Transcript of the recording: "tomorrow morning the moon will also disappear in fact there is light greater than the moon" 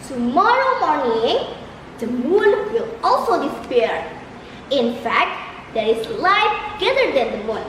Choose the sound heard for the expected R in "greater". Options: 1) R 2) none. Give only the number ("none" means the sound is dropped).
2